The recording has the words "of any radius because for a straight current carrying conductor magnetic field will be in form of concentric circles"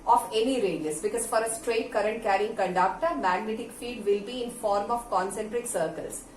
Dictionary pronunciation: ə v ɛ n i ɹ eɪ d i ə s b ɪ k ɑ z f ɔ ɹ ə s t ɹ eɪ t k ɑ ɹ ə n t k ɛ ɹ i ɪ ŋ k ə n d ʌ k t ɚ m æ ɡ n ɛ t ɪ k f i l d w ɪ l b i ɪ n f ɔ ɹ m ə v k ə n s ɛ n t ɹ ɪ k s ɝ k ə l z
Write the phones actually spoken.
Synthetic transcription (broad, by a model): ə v ɛ n i ɹ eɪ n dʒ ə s b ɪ k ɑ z f ɔ ɹ ə s t ɹ eɪ t k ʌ ɹ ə n t k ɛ ɹ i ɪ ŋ k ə n d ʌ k t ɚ m æ ɡ n ɛ t ɪ k f i l d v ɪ l b i ɪ n f ɔ ɹ m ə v k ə n s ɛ n t ɹ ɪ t s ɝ k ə l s